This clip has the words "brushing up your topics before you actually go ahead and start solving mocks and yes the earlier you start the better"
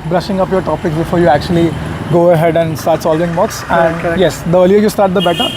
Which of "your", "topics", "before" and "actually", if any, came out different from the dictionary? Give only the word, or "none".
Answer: none